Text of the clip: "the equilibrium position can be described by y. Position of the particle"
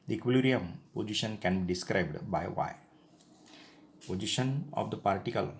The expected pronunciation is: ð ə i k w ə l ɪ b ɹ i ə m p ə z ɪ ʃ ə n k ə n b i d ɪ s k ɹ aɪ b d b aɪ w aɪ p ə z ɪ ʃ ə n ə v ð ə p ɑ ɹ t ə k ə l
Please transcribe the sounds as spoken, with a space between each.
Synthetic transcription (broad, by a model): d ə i k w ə l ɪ ɹ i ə m p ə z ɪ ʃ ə n k ə n b i d ɪ s k ɹ aɪ b d b aɪ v aɪ p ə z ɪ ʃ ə n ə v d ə p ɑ ɹ t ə k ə l